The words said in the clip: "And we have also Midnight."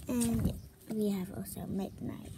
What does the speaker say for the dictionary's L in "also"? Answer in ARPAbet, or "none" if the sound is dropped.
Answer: none